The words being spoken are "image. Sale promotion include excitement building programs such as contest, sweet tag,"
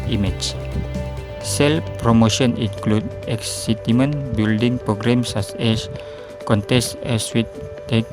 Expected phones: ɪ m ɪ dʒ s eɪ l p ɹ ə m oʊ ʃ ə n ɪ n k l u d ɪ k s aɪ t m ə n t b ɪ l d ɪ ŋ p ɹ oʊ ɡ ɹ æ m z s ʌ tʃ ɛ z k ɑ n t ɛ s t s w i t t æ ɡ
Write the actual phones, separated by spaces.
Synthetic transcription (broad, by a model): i m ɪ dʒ s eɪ l p ɹ ə m oʊ ʃ ə n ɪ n k l u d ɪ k s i t m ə n b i l d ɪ ŋ p ɹ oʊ ɡ ɹ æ m s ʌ s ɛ s k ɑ n t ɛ s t s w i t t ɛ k